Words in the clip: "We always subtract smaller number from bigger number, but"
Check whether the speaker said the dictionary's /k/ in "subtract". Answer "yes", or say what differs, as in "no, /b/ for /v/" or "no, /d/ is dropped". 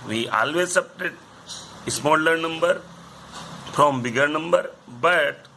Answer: no, /k/ is dropped